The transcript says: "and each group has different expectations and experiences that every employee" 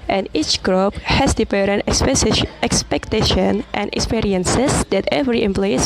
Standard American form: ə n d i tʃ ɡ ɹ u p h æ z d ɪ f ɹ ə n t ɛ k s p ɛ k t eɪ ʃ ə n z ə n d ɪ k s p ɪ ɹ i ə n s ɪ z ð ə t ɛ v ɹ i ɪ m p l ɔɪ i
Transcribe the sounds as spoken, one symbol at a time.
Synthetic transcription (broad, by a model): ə n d i tʃ ɡ ɹ u p h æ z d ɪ p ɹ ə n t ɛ k s p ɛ k t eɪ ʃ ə n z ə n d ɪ k s p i ɹ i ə n s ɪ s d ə t ɛ v ɹ i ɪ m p l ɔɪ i